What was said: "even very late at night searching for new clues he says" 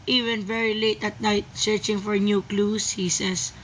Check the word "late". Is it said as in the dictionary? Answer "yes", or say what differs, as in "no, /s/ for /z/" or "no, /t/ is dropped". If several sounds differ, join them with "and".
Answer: yes